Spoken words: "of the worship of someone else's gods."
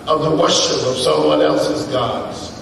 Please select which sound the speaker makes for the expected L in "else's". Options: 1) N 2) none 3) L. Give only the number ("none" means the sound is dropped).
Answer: 3